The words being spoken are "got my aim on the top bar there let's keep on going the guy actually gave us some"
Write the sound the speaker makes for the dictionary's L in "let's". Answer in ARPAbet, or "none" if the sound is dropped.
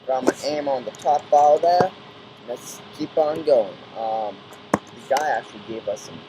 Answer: N